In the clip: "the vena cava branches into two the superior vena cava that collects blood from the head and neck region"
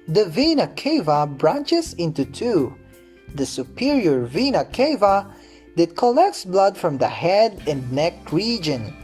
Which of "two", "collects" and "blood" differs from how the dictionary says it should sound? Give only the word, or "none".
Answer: none